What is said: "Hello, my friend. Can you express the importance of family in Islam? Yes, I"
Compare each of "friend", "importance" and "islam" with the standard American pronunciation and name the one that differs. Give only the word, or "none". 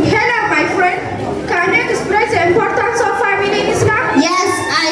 islam